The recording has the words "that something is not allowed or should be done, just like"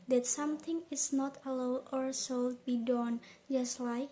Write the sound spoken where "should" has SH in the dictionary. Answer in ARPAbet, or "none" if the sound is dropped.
S